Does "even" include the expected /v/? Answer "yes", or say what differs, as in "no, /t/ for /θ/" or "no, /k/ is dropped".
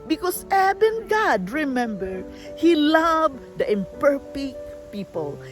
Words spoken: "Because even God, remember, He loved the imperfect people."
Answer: no, /b/ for /v/